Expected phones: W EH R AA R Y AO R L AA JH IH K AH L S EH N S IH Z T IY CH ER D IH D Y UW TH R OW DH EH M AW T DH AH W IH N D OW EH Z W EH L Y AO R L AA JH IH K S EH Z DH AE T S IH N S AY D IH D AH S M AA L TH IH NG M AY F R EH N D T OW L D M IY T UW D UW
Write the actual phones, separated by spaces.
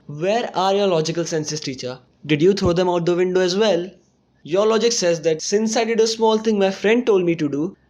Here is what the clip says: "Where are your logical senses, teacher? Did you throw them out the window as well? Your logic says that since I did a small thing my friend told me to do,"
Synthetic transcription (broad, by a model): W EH R AA R Y AO R L AA JH IH K AH L S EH N S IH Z T IY CH ER D IH D Y UW T R OW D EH M AW T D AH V IH N D OW EH Z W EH L Y AO R L AA JH IH K S EH Z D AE T S IH N S AY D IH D AH S M AA L T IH NG M AY F R EH N D T OW L D M IY T UW D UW